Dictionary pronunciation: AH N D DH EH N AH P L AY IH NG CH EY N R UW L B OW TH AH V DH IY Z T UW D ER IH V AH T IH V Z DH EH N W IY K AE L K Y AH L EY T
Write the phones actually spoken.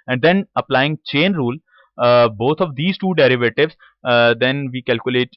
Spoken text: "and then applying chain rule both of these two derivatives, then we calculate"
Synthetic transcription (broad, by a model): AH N D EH N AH P L AY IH NG CH EY N R UW L B OW T AH V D IY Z T UW D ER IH V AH T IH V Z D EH N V IY K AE L K Y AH L EY T